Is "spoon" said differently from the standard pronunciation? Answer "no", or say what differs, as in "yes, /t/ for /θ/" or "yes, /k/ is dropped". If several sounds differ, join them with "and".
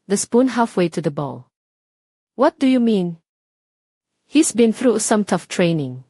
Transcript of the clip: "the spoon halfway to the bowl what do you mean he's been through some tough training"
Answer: no